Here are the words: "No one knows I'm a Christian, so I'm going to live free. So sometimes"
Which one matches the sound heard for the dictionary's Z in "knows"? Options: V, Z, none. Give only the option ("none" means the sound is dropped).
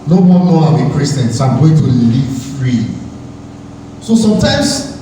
none